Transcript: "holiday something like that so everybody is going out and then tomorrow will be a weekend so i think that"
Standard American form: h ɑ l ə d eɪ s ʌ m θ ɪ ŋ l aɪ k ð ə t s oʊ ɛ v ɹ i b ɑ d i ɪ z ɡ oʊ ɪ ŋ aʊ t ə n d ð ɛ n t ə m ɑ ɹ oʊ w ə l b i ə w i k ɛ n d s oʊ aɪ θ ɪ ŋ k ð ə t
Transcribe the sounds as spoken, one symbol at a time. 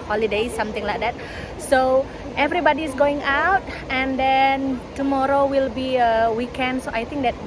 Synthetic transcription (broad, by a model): h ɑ l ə d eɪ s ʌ m t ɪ ŋ l aɪ k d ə t s oʊ ɛ v ɹ i b ɑ d i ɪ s ɡ oʊ ɪ ŋ aʊ t ə n d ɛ n t ə m ɑ ɹ oʊ w ə l b i ə w i k ɛ n d s oʊ aɪ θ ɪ ŋ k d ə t